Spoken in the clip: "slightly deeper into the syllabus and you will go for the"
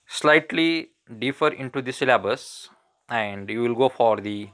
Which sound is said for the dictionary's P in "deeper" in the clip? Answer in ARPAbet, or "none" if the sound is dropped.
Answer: F